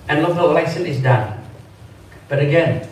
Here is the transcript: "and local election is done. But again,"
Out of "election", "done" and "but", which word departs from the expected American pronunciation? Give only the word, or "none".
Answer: election